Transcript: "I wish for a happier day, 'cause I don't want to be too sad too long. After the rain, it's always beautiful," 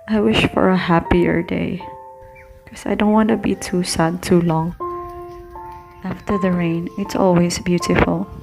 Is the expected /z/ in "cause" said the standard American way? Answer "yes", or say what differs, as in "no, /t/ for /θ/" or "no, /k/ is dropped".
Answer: no, /s/ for /z/